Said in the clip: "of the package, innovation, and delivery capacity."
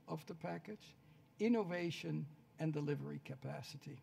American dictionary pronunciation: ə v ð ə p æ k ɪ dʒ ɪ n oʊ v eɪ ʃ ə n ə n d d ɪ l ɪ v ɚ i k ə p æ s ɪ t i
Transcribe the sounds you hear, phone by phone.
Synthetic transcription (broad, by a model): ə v ð ə p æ k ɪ tʃ ɪ n oʊ v eɪ ʃ ə n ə n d d ɪ l ɪ v ɚ i k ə p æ s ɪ t i